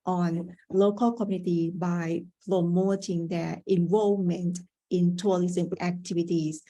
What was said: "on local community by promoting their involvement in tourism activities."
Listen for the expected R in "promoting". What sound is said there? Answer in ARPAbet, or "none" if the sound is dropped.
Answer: L